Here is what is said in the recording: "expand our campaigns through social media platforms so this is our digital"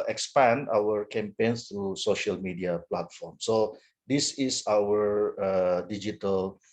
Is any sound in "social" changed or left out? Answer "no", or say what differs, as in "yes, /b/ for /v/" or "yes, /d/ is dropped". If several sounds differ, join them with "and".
no